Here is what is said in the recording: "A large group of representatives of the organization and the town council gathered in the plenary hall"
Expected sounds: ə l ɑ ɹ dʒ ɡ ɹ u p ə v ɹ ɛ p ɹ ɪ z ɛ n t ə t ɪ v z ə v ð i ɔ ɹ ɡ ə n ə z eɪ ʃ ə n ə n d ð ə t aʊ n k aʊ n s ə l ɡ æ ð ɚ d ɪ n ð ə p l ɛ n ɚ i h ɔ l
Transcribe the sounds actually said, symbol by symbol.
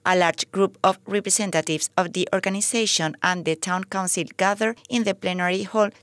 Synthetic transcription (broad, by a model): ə l ɑ ɹ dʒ ɡ ɹ u p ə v ɹ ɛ p ɹ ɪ s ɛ n t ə t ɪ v s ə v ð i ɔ ɹ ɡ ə n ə s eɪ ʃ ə n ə n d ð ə t aʊ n k aʊ n s ə l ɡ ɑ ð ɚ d ɪ n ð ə p l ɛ n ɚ i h ɔ l